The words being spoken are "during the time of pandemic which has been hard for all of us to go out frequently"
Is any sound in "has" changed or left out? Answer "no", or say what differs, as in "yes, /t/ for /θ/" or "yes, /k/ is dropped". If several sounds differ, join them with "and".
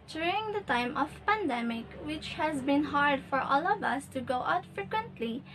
no